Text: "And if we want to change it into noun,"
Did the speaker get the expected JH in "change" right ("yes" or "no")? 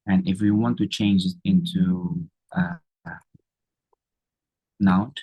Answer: yes